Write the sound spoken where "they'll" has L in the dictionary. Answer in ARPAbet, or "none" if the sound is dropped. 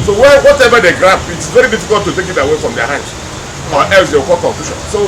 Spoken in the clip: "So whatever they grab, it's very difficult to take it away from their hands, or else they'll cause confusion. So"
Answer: W